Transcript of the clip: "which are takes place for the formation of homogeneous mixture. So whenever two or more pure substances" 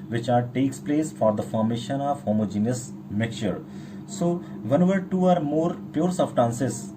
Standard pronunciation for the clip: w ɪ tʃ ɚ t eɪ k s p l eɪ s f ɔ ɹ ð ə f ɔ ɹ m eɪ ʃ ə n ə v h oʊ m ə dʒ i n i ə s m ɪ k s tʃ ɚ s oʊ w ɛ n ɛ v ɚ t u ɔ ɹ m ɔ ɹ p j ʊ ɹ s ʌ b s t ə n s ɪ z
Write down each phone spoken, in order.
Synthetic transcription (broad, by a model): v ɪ tʃ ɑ t eɪ k s p l eɪ s f ɔ ɹ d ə f ɔ ɹ m eɪ ʃ ə n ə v h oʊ m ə dʒ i n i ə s m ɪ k tʃ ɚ s oʊ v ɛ n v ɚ t u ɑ ɹ m ɔ ɹ p j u ɹ s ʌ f t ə n s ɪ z